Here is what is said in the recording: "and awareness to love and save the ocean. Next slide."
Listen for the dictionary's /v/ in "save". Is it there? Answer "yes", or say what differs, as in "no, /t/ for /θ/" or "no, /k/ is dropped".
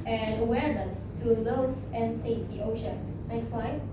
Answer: no, /f/ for /v/